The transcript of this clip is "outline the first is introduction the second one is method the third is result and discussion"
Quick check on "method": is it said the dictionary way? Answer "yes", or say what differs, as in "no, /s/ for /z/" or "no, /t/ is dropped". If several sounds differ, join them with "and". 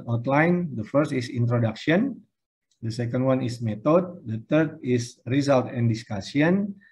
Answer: no, /t/ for /θ/